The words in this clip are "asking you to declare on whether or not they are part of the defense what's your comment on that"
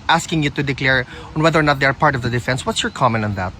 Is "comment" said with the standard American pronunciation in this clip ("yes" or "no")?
no